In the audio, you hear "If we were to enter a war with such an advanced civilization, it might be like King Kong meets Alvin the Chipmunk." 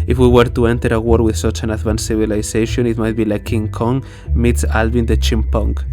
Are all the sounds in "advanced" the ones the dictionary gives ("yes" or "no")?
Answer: no